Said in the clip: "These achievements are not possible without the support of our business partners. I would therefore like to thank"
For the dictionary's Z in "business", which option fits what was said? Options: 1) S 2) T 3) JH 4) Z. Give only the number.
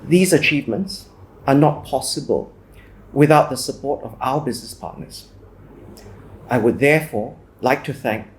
4